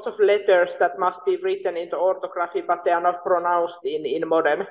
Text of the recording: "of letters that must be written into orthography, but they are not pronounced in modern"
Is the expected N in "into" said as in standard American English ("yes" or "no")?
yes